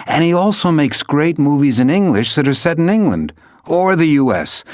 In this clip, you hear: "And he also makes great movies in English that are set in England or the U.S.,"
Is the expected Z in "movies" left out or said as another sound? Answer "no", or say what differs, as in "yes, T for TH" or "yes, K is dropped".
no